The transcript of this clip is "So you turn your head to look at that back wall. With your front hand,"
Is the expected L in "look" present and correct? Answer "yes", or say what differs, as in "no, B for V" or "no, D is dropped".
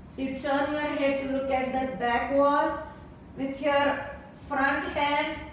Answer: yes